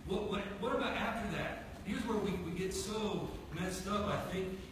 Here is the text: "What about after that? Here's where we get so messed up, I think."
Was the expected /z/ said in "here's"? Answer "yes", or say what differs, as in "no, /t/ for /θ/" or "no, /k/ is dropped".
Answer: yes